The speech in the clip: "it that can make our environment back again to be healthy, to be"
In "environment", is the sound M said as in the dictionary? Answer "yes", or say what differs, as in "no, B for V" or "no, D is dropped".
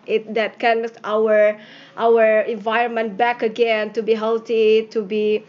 yes